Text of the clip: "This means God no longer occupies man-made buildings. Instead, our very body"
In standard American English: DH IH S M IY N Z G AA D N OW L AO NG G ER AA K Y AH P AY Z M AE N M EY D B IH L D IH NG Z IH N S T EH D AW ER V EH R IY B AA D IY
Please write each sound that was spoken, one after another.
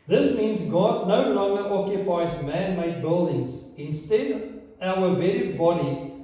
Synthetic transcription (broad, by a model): DH IH S M IY N Z G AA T N OW L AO NG G ER AA K Y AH P AY Z M AE N M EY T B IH L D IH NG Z IH N S T EH D AW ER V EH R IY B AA D IY